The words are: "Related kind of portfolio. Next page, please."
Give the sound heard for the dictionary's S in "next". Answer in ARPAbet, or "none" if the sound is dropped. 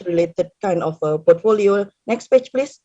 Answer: S